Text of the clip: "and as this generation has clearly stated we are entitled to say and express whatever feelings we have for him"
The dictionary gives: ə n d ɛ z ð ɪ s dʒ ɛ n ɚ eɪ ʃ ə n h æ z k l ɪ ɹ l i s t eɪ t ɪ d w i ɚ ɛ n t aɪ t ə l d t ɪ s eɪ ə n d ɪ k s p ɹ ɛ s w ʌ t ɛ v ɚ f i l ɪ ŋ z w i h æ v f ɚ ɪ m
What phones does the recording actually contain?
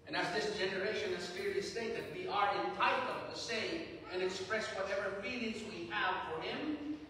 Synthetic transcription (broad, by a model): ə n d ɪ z ð ɪ s dʒ ɛ n ɚ eɪ ʃ ə n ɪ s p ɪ ɹ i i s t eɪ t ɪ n w i ɚ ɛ n t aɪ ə d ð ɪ s eɪ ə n ɪ k s p ɹ ɛ s w ʌ t ɛ v ɚ f i l ɪ ŋ z w i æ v f ɚ ɪ m